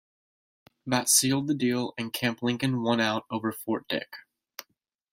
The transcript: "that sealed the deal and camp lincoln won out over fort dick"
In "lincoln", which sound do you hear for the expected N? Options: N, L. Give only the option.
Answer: N